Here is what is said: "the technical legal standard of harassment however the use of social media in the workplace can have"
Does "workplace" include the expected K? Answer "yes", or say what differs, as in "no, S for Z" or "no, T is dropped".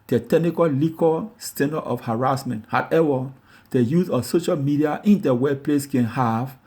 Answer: no, K is dropped